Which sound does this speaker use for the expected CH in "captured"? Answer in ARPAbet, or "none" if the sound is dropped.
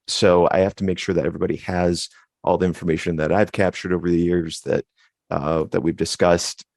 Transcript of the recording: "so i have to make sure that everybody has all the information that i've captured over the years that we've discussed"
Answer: CH